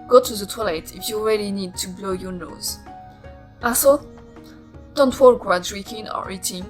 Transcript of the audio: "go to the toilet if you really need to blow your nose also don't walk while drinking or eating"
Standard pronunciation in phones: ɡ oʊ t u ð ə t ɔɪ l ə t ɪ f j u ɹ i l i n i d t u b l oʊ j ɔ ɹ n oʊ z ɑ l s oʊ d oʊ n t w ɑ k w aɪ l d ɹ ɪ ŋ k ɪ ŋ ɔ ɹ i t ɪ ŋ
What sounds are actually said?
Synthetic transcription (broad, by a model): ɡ oʊ t u ð ə t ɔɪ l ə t ɪ f j u ɹ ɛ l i n i d t u b l oʊ j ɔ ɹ n oʊ z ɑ s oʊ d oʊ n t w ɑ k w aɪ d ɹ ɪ k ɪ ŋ ɔ ɹ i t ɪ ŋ